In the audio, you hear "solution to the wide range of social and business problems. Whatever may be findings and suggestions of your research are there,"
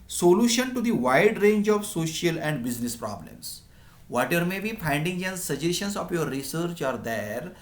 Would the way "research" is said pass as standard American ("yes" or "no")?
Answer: yes